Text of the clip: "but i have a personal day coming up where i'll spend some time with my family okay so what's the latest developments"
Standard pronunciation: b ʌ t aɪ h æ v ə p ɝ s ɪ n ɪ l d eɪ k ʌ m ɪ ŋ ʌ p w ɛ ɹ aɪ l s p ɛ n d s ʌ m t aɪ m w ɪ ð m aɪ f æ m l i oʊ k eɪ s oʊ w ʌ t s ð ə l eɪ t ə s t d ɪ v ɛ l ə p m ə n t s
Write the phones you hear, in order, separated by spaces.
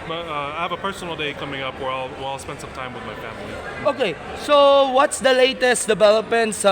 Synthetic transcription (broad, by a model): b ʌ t aɪ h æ v ə p ɝ s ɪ n l d eɪ k ʌ m ɪ ŋ ʌ p w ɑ w aɪ l s p ɛ n d s ʌ m t aɪ m w ɪ ð m aɪ f æ m l i oʊ k eɪ s oʊ w ʌ t s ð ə l eɪ t ə s t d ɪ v ɛ l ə p m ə n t s